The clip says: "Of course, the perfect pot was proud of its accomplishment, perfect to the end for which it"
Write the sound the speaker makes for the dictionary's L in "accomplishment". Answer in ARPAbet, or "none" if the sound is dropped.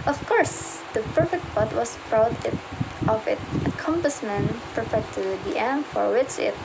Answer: none